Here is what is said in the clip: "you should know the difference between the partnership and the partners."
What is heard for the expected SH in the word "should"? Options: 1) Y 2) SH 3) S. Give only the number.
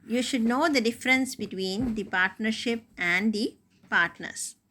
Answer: 2